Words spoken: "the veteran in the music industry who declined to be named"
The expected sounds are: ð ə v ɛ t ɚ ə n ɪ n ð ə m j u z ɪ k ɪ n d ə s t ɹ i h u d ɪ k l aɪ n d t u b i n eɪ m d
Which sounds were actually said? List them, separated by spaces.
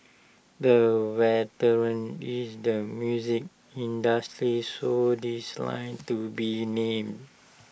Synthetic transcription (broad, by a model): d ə w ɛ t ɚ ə n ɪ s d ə m j u z ɪ k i n d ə s t ɹ i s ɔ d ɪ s l aɪ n t u b i n eɪ m d